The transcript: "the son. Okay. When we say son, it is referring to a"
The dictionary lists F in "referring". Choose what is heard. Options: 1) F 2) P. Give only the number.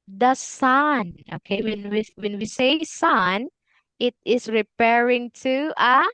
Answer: 2